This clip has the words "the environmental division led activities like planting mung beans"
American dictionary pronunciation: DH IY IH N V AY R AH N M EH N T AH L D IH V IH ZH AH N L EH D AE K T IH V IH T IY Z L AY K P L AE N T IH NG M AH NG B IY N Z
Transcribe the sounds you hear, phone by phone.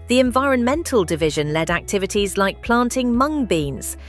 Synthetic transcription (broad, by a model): DH IY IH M V AY R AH N M EH N T AH L D IH V IH ZH AH N L EH D AE K T IH V IH T IY Z L AY K P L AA N T IH NG M AH NG B IY N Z